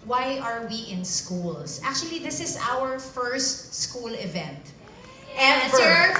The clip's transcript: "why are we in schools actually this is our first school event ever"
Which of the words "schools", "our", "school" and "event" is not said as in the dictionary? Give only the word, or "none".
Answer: schools